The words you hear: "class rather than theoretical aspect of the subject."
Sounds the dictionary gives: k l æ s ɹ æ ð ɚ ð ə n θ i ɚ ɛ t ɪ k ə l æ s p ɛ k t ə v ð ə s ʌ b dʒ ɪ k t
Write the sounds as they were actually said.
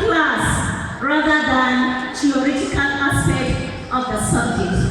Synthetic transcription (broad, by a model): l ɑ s ɹ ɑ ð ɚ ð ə n t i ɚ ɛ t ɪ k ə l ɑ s ɛ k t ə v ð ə s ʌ b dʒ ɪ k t